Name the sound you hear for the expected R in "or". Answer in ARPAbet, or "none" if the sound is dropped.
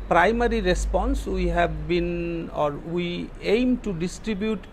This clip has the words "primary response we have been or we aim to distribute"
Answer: R